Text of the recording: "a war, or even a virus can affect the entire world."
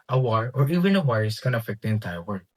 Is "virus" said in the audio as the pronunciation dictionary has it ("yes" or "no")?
no